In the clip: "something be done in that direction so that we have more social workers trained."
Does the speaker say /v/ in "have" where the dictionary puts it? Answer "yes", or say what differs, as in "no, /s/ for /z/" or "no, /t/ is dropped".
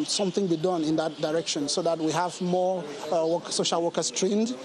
yes